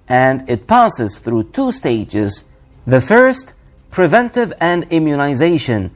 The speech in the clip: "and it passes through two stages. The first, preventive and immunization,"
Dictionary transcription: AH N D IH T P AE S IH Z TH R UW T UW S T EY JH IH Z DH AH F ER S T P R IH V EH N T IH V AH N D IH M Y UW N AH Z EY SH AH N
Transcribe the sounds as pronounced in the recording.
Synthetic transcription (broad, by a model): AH N D IH T P AE S IH Z TH R UW T UW S T EY JH IH Z DH AH F ER S T P R IH V EH N T IH V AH N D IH M Y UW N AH Z EY SH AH N